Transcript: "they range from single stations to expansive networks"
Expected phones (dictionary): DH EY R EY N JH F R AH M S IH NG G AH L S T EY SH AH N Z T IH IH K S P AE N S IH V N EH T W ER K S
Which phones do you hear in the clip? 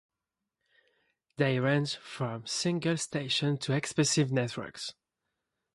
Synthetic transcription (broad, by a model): DH EY R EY N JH F R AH M S IH NG G AH L S T EY SH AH N T IH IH K S P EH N S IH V N EH T W ER K S